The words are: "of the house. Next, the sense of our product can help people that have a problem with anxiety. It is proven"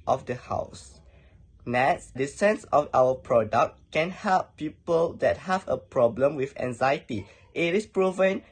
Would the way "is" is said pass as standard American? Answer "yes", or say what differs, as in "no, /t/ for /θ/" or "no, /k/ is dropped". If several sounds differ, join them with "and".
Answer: no, /s/ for /z/